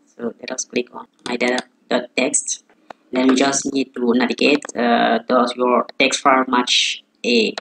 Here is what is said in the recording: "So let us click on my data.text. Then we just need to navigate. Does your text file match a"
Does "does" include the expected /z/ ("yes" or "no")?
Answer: no